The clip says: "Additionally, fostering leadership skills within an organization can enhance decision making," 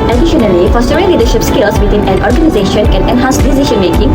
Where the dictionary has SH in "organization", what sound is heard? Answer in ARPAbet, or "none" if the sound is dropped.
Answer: SH